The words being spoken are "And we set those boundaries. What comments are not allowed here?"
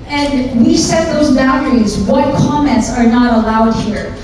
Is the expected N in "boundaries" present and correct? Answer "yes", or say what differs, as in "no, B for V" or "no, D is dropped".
no, N is dropped